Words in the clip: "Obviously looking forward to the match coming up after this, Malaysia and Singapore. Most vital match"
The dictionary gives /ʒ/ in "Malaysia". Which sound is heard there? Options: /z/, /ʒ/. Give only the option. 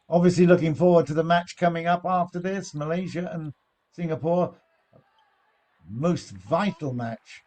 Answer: /ʒ/